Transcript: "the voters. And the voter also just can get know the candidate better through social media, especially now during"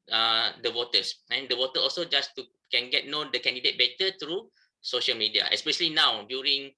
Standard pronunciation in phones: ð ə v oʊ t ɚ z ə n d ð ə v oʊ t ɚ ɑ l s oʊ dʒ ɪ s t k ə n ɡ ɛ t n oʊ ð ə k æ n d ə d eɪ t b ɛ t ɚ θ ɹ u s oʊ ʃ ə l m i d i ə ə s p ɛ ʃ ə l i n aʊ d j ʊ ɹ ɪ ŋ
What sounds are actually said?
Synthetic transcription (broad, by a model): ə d oʊ t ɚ s ə n d ə w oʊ t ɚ ɑ l s oʊ dʒ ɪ s t k ə n ɡ ɛ t n oʊ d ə k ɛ n d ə d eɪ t b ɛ t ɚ t ɹ u s oʊ ʃ ə l m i d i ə ə s p ɛ ʃ ə l i n aʊ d j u ɹ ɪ ŋ